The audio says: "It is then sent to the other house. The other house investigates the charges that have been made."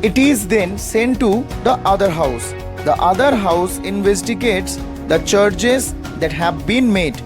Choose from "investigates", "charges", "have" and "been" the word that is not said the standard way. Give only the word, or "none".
charges